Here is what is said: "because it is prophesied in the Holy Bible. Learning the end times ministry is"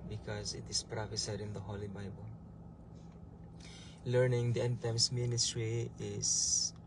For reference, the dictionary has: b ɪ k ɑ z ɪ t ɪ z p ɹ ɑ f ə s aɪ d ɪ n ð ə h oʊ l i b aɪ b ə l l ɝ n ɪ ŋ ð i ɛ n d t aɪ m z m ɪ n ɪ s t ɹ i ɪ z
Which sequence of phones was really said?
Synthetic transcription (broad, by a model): b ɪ k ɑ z ɪ t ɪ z p ɹ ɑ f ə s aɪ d ɪ n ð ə h oʊ l i b aɪ b ə l l ɝ n ɪ ŋ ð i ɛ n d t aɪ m s m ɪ n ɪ s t ɹ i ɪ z